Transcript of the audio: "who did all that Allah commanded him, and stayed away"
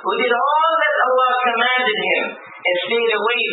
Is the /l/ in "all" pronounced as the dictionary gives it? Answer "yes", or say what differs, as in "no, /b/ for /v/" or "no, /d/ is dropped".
yes